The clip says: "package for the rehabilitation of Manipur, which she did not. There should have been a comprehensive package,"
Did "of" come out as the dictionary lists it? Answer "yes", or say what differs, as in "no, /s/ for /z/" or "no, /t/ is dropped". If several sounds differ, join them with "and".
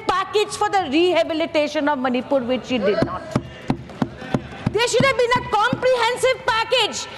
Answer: yes